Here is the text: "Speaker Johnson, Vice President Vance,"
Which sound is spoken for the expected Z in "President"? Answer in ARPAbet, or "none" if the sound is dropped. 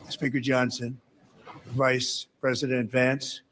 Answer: Z